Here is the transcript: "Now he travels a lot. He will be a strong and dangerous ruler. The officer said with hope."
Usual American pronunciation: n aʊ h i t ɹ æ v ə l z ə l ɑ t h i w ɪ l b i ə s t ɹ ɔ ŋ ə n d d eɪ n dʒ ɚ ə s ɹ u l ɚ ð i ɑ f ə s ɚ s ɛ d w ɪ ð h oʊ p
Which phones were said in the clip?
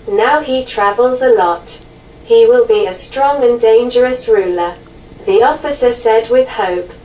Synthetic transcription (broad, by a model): n aʊ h i t ɹ æ v ə l z ə l ɑ t h i w ɪ l b i ə s t ɹ ɔ ŋ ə n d d eɪ n dʒ ɚ ə s ɹ u l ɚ ð i ɑ f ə s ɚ s ɛ d w ɪ ð h oʊ p